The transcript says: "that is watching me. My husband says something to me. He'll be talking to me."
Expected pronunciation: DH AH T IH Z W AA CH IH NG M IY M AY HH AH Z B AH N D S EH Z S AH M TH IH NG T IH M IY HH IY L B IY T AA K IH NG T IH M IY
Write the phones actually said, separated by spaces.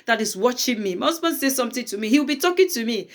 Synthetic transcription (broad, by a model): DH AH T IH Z W AA CH IH NG M IY M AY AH S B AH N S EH S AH M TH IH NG T IH M IY HH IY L B IY T AA K IH NG T IH M IY